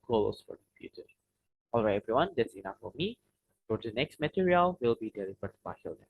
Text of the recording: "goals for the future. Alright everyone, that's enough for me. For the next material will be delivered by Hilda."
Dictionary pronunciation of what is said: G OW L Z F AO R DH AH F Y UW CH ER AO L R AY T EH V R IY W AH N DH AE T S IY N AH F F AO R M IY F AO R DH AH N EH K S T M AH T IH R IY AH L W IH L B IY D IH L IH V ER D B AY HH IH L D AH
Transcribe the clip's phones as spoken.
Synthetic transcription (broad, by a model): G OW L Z F AO R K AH P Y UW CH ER AO L R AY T EH V R IY W AH N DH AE T S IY N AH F F AO R M IY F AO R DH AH N EH K S T M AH T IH R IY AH L W IH L B IY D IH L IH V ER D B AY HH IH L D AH